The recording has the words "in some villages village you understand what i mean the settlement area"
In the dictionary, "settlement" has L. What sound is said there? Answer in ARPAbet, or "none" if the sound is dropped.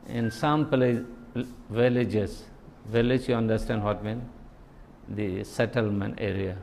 L